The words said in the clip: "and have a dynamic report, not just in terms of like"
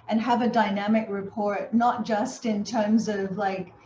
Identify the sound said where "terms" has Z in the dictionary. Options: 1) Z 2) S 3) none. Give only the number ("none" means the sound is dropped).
1